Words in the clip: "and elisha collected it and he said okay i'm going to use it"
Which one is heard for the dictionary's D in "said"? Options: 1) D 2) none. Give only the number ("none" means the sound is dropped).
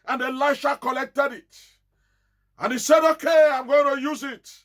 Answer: 1